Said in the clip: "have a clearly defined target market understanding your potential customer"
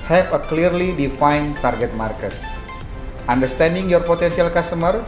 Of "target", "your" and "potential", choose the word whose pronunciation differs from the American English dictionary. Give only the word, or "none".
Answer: potential